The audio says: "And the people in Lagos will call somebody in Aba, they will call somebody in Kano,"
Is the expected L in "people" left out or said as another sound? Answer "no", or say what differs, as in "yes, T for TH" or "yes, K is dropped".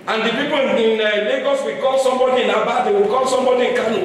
yes, N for L